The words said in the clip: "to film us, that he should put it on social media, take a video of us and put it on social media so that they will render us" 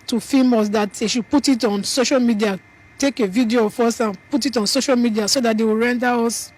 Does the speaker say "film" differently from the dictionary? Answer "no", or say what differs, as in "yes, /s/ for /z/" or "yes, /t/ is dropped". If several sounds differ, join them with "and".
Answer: yes, /l/ is dropped